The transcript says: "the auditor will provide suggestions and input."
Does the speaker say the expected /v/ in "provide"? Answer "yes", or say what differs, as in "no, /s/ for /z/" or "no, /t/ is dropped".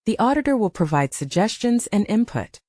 yes